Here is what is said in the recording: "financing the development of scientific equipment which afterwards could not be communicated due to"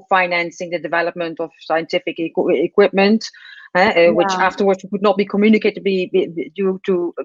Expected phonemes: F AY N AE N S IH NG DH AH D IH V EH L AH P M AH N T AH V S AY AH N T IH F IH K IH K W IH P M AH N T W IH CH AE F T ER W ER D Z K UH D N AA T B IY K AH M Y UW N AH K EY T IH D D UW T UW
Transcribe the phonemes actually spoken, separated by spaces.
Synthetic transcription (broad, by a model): F AY N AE N S IH NG DH AH D IH V EH L AH P M AH N T AH V S AY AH N T IH F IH K IH K W IH P M AH N T W IH CH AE F T ER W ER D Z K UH D N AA T B IY K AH M Y UW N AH K EY T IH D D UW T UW